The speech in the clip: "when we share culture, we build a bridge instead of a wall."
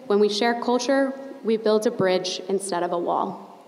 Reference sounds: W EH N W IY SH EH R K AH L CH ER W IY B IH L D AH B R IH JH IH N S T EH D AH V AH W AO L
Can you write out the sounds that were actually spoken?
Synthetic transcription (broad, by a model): W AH N W IY SH EH R K AH L CH ER W IY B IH L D AH B R IH JH IH N S T EH D AH V AH W AO L